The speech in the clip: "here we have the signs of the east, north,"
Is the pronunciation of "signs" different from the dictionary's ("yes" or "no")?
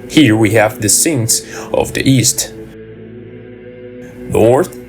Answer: yes